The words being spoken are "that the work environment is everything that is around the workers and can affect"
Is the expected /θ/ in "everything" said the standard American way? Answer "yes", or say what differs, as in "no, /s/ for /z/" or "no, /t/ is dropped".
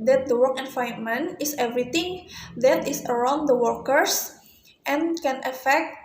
no, /t/ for /θ/